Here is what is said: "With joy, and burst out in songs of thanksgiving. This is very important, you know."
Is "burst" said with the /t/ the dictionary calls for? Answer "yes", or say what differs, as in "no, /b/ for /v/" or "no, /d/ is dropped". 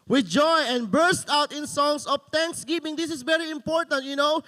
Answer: yes